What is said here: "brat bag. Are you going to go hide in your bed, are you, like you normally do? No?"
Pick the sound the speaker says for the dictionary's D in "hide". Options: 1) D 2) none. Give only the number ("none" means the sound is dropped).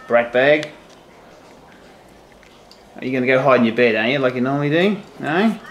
2